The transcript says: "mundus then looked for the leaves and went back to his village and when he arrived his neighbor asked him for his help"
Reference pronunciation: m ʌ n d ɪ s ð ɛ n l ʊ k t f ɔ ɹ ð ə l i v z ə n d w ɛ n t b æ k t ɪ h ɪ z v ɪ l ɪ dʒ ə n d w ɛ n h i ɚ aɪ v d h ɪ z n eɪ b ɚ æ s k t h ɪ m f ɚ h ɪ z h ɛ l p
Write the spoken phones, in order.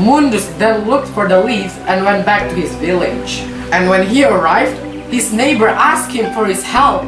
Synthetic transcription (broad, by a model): m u n d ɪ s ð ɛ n l ʊ k t f ɔ ɹ ð ə l i v z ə n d w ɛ n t b æ k t ɪ h ɪ z v ɪ l ɪ dʒ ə n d w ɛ n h i ɚ aɪ v d h ɪ z n eɪ b ɚ æ s k t h ɪ m f ɚ h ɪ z h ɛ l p